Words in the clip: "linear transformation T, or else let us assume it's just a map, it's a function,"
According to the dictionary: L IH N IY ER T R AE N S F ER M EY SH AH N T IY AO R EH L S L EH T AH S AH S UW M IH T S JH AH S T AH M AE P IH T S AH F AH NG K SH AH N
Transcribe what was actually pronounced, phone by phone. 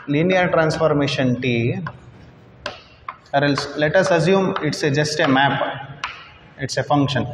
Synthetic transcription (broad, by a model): L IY N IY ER T R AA N S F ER M EY SH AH N T IY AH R EH L S L EH T AH S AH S UW M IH T S JH AH S T AH M AE P IH T S AH F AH NG K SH AH N